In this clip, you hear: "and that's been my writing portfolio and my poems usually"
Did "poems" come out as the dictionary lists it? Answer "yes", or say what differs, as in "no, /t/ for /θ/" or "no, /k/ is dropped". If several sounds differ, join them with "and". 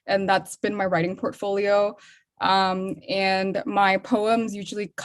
yes